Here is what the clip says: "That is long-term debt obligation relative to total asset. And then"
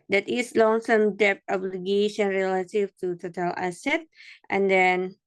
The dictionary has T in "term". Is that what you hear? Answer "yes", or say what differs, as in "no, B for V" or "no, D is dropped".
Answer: no, S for T